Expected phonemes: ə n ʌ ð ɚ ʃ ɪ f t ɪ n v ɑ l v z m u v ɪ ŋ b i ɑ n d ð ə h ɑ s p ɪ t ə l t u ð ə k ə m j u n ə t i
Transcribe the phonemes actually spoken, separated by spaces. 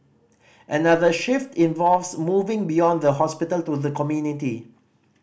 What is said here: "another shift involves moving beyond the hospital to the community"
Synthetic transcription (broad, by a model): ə n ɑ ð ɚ ʃ ɪ f t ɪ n v ɑ l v s m u v ɪ ŋ b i ɑ n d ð ə h ɑ s p ɪ t ə l t u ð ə k ə m j u n ə t i